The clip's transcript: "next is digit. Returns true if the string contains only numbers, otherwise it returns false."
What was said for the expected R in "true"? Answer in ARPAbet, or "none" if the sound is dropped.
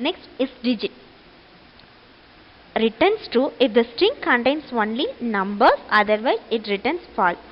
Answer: none